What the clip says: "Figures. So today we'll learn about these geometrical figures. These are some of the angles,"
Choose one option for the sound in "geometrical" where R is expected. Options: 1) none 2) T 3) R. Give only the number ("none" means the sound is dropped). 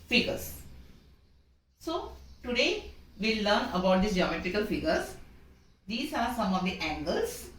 3